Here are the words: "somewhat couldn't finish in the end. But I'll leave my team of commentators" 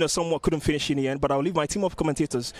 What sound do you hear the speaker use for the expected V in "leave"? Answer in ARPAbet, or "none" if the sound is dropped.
V